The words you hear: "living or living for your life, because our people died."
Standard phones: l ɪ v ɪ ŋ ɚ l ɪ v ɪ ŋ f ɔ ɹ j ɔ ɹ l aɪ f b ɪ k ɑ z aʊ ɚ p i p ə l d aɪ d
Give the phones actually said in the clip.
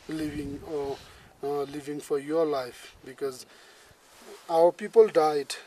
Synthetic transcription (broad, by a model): l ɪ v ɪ ŋ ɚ l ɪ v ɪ ŋ f ɔ ɹ j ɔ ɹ l aɪ f b ɪ k ɑ z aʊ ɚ p i p ə l d aɪ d